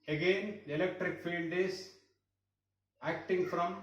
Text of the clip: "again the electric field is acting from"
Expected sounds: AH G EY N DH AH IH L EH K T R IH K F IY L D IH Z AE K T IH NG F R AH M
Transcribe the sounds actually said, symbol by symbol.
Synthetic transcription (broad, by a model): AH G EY N IH L EH K T R IH K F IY N D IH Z AE K T IH NG F R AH M